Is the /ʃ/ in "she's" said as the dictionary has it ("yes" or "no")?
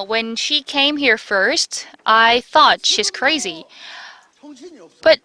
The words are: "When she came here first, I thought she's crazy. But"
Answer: yes